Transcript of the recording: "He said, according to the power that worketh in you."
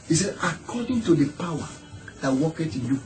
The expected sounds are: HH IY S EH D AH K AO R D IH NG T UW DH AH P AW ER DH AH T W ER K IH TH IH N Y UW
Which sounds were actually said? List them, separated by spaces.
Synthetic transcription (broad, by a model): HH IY S EH D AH K AO D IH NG T UW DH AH P AW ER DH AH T W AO K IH T IH N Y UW